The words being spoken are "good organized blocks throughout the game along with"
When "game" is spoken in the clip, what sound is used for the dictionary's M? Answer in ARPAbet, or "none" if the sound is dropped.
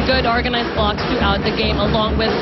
M